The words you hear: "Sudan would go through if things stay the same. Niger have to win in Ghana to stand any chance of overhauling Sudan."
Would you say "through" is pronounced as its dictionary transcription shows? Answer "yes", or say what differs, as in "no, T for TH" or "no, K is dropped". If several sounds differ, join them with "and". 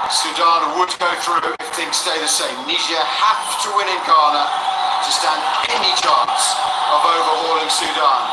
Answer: yes